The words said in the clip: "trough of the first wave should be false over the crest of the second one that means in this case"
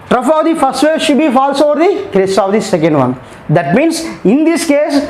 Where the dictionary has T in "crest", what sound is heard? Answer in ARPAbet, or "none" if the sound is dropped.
none